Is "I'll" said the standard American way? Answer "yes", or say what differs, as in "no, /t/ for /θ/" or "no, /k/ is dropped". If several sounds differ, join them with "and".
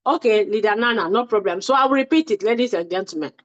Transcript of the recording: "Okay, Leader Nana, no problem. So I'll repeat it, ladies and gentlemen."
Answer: no, /w/ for /l/